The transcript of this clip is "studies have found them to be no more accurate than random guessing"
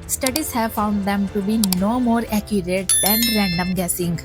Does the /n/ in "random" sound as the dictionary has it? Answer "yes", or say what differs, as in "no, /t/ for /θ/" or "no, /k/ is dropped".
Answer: yes